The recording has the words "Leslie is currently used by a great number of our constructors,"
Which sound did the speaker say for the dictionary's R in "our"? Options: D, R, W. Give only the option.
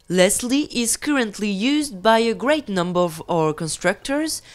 R